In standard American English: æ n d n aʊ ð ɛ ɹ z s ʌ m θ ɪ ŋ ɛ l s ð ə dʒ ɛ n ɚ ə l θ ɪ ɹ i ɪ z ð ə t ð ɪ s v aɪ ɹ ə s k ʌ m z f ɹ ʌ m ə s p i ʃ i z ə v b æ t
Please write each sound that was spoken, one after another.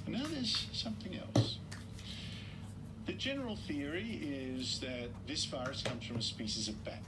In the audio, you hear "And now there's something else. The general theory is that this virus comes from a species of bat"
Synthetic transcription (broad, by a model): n n aʊ ð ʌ ɹ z s ʌ m θ ɪ ŋ ɛ l s ð ə dʒ ɛ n ɚ l θ ɪ ɹ i ɪ z ð ə t ð ɪ s f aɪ ɹ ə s k ʌ m z f ɹ ʌ m ə s p i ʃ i z ə v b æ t